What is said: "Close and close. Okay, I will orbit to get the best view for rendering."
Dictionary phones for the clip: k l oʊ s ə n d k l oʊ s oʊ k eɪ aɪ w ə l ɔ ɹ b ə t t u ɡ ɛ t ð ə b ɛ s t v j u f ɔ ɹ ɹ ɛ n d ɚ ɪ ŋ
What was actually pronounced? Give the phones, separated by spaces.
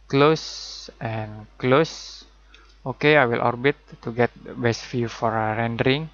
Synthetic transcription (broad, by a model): k l oʊ s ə n k l oʊ s oʊ k eɪ aɪ w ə l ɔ ɹ b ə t t u ɡ ɛ t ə b ɛ s t f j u f ɔ ɹ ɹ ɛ n d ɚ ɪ ŋ